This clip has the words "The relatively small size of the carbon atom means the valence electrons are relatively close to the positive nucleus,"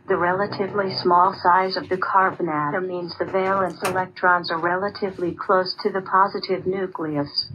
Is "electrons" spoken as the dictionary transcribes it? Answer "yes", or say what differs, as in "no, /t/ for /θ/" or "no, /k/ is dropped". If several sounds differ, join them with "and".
yes